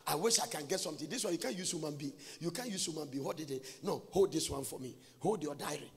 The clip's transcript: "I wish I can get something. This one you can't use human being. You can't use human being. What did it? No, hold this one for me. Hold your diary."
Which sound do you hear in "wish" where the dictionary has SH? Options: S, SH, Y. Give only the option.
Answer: SH